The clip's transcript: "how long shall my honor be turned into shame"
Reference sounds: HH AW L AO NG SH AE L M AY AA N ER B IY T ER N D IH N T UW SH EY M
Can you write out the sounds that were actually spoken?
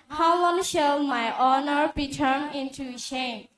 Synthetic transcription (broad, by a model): HH AW W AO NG SH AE L M AY AA N ER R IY T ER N IH N T UW SH EY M